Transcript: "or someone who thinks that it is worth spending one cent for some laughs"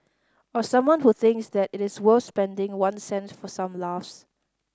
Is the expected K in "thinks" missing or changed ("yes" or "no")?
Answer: no